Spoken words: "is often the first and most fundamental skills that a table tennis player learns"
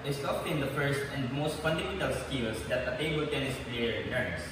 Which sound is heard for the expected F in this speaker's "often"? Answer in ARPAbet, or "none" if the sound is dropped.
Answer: P